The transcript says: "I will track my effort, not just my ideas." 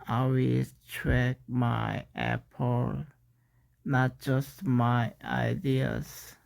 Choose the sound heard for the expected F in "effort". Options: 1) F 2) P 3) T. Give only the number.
2